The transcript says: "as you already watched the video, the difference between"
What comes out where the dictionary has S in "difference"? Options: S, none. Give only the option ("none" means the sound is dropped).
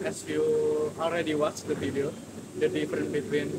none